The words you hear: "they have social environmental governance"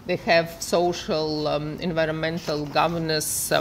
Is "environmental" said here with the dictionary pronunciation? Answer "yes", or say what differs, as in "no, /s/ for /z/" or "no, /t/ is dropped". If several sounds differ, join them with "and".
yes